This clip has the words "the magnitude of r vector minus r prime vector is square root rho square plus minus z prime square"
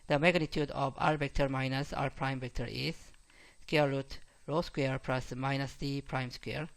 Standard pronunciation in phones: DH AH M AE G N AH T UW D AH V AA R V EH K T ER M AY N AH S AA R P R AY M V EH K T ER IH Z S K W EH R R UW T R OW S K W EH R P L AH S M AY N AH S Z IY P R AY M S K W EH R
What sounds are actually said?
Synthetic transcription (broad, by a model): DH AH M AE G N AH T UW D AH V AA R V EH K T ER M AY N AH S AA R P R AY M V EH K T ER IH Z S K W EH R R UW T R OW S K W EH R P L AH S M AY N AH S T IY P R AY M S K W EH R